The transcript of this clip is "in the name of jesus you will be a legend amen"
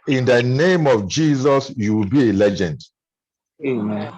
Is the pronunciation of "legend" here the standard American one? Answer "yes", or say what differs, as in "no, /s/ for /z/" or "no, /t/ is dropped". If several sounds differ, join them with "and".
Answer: yes